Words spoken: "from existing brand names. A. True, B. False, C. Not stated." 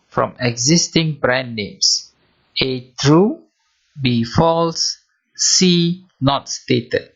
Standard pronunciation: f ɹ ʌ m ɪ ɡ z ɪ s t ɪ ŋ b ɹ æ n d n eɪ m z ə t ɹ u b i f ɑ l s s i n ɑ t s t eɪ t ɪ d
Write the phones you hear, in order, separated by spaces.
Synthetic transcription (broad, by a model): f ɹ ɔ m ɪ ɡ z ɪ s t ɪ ŋ b ɹ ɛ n n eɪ m s ə t ɹ u b i f ɑ l s s i n ɑ t s t eɪ t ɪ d